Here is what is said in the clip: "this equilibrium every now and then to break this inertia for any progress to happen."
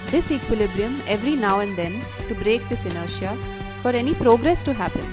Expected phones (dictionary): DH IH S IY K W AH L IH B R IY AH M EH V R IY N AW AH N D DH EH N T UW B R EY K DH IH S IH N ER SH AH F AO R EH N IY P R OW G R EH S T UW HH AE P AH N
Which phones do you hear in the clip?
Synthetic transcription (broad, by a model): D IH S IY K W AH L IH B R IY AH M EH V R IY N AW AH N D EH N T UW B R EY K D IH S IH N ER SH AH F AO R EH N IY P R OW G R EH S T UW HH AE P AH N